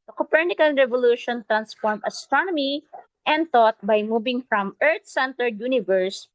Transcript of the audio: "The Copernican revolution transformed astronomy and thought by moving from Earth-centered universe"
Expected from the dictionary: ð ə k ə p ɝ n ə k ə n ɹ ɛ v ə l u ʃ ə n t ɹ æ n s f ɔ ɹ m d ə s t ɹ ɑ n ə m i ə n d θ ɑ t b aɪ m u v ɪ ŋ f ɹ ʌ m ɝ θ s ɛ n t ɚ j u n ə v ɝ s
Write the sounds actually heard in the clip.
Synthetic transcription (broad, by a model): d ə k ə p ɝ n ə k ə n ɹ ɛ v ə l u ʃ ə n t ɹ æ n s f ɔ ɹ m ə s t ɹ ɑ n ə m i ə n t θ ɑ t b aɪ m u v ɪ ŋ f ɹ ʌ m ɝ t s ɛ n t ɚ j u n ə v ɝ s